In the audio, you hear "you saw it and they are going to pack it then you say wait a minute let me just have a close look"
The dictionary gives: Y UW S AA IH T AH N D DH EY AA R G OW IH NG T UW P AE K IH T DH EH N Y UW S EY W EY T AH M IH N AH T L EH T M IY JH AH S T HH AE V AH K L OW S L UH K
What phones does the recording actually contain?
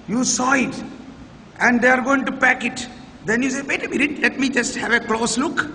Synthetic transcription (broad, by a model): Y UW S AA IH T AH N D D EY AA R G OW IH NG T UW P AE K IH T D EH N Y UW S EY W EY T AH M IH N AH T L EH T M IY JH AH S T HH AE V AH K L OW S L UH K